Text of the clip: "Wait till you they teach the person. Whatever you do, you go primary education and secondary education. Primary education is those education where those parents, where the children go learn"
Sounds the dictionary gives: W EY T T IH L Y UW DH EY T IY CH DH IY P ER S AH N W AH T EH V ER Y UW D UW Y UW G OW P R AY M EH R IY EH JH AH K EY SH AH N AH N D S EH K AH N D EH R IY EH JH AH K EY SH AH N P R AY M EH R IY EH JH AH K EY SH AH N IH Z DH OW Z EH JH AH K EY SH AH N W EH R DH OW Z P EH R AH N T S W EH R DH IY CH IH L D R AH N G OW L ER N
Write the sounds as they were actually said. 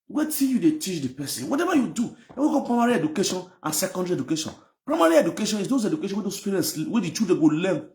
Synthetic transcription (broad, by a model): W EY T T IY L Y UW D EY T IY CH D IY P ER S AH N W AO T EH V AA Y UW D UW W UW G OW P R AY M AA R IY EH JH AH K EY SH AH N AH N S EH K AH N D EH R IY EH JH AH K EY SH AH N P R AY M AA R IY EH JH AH K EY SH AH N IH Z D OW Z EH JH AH K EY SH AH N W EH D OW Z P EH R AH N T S W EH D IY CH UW D AH G OW L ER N